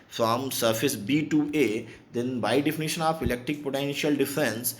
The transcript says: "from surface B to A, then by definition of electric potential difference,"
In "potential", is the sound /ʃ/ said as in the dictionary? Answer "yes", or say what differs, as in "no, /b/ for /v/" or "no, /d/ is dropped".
yes